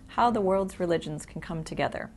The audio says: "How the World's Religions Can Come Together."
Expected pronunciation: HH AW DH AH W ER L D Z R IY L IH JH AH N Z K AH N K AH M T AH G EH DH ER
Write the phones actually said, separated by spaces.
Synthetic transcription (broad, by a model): HH AW DH AH W ER L D Z R IY L IH JH AH N Z K N K AH M T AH G EH DH ER